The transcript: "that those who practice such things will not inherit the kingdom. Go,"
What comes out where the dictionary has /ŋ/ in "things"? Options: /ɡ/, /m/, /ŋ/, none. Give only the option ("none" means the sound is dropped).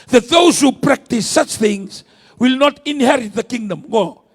/ŋ/